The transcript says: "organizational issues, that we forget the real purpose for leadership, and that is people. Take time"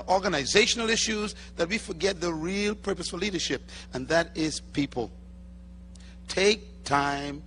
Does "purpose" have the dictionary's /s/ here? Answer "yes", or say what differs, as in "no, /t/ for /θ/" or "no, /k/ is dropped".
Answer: yes